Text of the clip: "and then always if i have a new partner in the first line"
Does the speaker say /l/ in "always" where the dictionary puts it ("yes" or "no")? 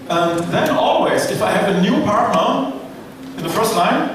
yes